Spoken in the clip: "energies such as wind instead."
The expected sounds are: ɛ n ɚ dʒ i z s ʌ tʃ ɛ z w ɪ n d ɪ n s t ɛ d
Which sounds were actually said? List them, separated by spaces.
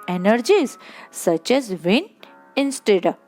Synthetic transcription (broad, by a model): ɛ n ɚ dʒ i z s ʌ tʃ ɛ z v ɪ n ɪ n s t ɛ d